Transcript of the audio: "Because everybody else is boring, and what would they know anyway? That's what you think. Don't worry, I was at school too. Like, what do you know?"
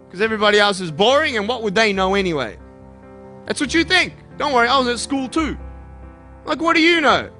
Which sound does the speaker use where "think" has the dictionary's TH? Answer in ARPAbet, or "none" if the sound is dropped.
TH